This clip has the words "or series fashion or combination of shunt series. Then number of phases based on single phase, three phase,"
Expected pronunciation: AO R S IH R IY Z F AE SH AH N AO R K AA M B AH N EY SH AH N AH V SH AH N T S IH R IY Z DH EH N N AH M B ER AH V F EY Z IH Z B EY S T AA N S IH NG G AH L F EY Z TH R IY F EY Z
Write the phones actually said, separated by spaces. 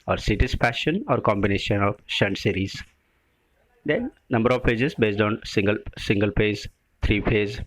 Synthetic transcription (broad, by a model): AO R S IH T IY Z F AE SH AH N AO R K AA M B AH N EY SH AH N AH V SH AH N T S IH R IY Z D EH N N AH M B ER AH V P EY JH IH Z B EY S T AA N S IH NG G AH L P EY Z T R IY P EY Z